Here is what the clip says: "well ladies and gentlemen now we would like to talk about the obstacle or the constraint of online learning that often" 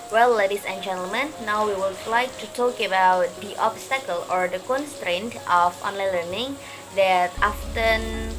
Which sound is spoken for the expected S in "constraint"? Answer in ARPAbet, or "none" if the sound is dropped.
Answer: S